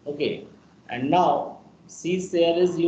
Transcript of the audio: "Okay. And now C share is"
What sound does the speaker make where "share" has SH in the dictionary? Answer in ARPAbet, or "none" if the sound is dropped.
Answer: S